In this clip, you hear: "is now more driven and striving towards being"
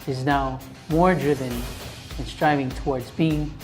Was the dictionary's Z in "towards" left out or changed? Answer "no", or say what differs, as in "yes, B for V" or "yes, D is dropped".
no